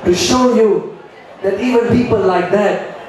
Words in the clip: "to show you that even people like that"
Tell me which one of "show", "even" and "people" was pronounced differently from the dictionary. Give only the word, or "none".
none